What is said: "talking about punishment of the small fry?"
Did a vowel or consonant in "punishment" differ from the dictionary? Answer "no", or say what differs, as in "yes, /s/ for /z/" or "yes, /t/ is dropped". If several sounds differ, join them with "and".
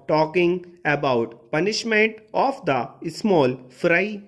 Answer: no